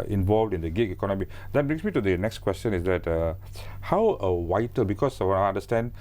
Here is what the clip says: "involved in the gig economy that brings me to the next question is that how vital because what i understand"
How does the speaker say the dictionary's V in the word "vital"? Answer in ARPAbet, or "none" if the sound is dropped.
W